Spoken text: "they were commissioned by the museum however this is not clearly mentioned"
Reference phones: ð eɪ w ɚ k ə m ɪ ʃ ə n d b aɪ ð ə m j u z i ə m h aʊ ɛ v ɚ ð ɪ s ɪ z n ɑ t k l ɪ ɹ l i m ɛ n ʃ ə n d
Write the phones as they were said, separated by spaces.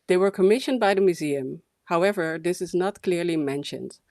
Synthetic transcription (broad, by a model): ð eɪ w ɚ k ə m ɪ ʃ ə n d b aɪ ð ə m j u z i ə m h aʊ ɛ v ɚ ð ɪ s ɪ z n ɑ t k l ɪ ɹ l i m ɛ n ʃ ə n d